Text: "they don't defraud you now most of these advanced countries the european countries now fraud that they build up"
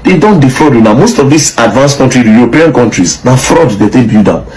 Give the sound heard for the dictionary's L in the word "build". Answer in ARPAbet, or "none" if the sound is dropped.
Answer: none